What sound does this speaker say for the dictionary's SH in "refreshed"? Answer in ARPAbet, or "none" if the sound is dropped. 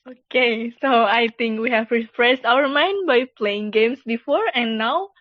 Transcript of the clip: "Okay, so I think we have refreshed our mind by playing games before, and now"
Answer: S